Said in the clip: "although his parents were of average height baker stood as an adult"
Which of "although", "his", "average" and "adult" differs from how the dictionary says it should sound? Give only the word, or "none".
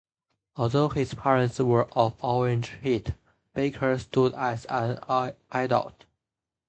average